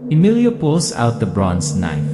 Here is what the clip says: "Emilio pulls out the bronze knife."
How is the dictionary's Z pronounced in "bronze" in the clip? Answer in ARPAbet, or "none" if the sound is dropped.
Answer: S